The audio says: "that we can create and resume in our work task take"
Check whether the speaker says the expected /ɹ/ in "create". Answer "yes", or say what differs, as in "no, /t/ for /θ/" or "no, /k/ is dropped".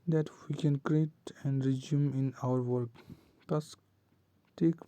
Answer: yes